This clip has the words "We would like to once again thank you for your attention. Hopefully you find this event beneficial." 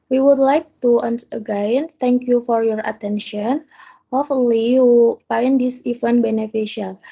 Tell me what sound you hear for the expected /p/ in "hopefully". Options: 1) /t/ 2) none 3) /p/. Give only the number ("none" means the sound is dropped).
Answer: 2